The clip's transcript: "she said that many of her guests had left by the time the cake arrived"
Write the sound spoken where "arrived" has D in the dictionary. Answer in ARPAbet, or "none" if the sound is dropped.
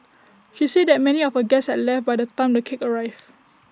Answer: none